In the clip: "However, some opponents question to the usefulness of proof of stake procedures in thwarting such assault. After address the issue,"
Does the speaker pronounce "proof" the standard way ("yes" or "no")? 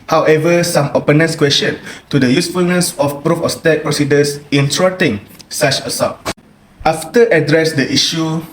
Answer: yes